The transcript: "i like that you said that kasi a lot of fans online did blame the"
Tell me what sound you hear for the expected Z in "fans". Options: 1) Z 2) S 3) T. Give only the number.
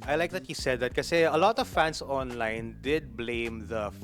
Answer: 2